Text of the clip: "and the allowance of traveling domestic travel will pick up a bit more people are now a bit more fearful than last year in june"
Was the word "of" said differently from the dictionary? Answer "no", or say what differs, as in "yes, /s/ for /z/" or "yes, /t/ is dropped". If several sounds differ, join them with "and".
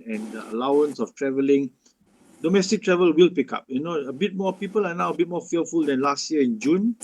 yes, /f/ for /v/